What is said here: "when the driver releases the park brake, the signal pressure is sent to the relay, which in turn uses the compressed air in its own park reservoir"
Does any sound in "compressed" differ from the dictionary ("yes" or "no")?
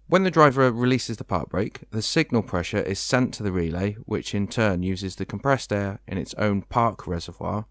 no